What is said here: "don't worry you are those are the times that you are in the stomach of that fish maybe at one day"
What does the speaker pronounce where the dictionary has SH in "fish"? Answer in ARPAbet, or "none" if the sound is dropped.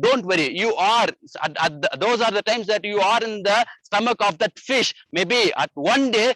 SH